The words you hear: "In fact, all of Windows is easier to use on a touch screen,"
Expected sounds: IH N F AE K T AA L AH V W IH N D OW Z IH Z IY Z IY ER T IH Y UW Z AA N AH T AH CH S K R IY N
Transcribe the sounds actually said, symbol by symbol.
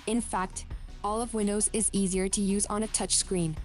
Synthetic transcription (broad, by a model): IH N F AE K T AA L AH V W IH N D OW Z IH Z IY Z IY ER T IH Y UW Z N AH T AH CH S K R IY N